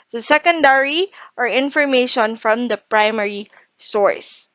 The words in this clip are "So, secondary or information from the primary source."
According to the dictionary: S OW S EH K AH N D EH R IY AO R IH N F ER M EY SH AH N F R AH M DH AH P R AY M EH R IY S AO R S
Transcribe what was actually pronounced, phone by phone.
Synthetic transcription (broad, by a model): S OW S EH K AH N D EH R IY AO R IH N F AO M EY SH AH N F R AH M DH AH P R AY M EH R IY S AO R S